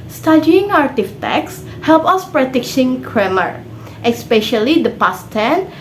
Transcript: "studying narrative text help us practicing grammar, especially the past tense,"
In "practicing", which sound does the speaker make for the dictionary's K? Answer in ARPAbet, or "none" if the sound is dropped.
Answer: none